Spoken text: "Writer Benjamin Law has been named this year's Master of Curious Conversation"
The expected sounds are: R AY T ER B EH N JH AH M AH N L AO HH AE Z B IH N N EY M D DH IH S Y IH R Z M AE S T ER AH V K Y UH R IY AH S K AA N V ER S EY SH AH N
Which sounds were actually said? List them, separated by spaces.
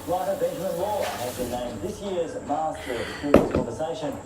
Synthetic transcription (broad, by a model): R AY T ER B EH N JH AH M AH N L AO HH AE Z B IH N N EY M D DH IH S Y IH R Z M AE S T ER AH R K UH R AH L K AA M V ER S EY SH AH N